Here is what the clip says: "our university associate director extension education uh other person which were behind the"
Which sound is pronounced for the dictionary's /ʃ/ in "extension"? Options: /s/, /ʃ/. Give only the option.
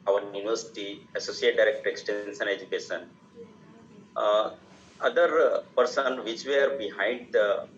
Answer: /s/